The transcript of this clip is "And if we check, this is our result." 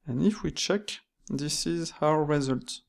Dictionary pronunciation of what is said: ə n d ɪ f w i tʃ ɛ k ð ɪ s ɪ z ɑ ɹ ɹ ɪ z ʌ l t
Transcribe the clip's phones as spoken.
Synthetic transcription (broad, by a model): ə n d ɪ f w i tʃ ɛ k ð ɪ s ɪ z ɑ w ɹ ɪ z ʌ l t